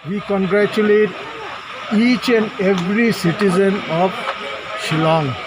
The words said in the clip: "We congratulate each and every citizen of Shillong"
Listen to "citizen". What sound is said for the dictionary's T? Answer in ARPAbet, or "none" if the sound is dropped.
T